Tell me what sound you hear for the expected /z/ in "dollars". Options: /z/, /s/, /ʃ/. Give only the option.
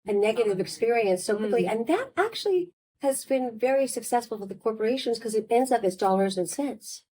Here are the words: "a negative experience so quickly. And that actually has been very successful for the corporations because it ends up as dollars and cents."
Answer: /z/